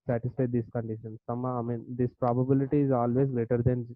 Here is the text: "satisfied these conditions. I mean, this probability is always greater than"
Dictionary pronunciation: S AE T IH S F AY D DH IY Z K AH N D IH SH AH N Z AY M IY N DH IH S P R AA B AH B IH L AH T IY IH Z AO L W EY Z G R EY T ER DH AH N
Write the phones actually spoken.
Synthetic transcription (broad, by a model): S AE T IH S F AY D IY S K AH N D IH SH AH N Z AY M IY N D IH S P R AA B AH B IH L AH T IY IH Z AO L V EY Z G R EY T ER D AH N